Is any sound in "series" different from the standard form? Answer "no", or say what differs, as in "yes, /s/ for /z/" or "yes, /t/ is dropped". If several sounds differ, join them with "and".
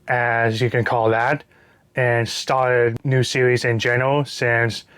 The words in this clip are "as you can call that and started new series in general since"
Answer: no